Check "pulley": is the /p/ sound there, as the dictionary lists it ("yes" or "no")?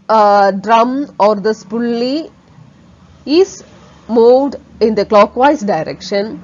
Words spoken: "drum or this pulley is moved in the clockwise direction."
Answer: yes